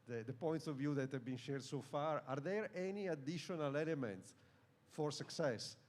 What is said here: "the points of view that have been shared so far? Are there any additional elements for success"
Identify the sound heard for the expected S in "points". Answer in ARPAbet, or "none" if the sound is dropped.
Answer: S